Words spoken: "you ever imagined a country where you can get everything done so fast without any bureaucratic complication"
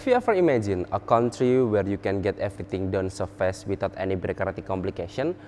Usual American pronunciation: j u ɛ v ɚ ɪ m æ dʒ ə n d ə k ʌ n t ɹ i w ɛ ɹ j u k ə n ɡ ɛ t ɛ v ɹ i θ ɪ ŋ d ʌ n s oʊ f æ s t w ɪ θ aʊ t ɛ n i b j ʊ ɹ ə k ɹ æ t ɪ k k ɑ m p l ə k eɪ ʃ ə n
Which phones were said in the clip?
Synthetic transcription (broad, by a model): j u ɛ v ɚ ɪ m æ dʒ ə n ə k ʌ n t ɹ i w ɛ ɹ j u k ə n ɡ ɛ t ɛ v ɹ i t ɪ ŋ d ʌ n s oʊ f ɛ s w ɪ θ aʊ t ɛ n i b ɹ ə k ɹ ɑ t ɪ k k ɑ m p l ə k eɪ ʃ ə n